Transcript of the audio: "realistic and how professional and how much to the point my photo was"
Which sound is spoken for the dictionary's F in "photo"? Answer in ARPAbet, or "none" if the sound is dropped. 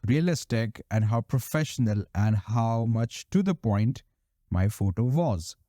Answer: F